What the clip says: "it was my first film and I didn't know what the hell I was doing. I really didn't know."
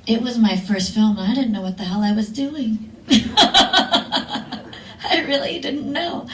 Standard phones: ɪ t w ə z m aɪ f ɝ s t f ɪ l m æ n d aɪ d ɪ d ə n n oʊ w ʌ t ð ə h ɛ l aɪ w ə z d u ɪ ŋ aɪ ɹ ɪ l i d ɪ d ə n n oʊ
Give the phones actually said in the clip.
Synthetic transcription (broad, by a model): ɪ t w ə z m aɪ f ɝ s t f ɪ l m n aɪ d ɪ d n n oʊ w ʌ t ð ə h ɛ l aɪ w ə z d u ɪ ŋ aɪ ɹ ɪ l i d ɪ d n n oʊ